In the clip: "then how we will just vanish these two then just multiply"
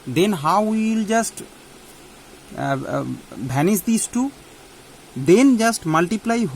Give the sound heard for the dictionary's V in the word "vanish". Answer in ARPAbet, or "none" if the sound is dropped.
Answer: B